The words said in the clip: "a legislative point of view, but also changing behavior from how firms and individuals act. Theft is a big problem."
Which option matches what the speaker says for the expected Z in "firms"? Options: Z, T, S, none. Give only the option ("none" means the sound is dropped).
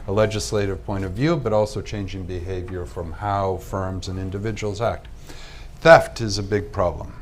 Z